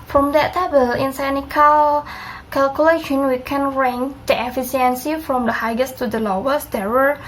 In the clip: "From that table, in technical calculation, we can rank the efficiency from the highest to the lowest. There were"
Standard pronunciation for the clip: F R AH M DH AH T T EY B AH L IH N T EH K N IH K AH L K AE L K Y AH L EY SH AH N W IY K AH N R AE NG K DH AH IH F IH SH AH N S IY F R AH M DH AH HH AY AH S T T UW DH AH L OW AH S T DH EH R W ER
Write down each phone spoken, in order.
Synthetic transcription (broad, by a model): F R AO M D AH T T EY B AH L IH N S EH N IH K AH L K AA L K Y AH L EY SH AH N W IY K AH N R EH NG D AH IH F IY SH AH N S IY F R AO M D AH HH AY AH S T T UW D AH L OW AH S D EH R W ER